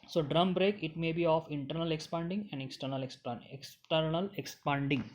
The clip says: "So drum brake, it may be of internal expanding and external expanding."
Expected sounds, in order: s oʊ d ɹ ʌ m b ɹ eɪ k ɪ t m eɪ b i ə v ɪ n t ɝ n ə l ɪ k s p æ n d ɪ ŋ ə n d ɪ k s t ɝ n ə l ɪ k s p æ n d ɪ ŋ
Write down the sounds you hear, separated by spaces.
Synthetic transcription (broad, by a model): s oʊ d ɹ ʌ m b ɹ eɪ k ɪ t m eɪ b i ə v ɪ n t ɝ n ə l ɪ k s p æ n d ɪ ŋ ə n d ɪ k s t ɝ n ə l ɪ k s p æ n d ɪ ŋ